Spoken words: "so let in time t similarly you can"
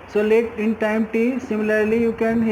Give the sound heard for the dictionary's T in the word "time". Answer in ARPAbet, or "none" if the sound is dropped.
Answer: T